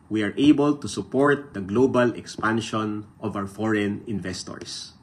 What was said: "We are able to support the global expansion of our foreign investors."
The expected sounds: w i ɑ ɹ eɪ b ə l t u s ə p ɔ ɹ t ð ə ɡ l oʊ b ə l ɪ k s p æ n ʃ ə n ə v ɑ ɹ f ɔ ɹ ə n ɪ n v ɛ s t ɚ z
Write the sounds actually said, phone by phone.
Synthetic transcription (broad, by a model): w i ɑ ɹ eɪ b ə l t u s ə p ɔ ɹ t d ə ɡ l oʊ b ə l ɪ k s p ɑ n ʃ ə n ə v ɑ w f ɔ ɹ ə n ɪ n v ɛ s t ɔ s